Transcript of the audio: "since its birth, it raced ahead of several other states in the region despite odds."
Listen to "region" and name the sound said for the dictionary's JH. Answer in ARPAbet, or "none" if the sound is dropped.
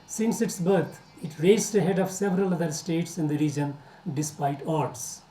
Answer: JH